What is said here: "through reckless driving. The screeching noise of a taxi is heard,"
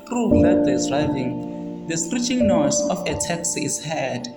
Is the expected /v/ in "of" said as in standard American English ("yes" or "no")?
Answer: no